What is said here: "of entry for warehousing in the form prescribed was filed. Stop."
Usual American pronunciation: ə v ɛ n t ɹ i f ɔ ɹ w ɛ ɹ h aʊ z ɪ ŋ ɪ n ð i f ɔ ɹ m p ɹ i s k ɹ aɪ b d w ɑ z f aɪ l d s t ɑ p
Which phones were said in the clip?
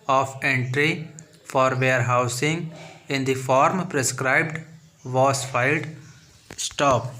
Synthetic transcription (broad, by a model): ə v ɛ n t ɹ i f ɔ ɹ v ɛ ɹ h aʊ s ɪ ŋ ɪ n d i f ɔ ɹ m p ɹ i s k ɹ aɪ b d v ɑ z f aɪ l d s t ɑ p